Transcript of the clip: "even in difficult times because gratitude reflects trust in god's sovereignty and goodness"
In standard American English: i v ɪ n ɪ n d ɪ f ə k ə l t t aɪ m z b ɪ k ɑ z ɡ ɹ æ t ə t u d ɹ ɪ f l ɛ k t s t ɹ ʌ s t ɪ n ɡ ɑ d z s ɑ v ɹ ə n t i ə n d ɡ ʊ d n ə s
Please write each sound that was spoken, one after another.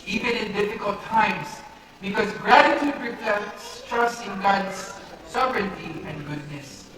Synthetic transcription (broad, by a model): i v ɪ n ɪ n d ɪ f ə k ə l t t aɪ m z b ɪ k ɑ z ɡ ɹ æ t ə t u d ɹ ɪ p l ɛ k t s t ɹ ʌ s ɪ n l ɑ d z s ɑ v ɹ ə n t i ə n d ɡ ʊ d n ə s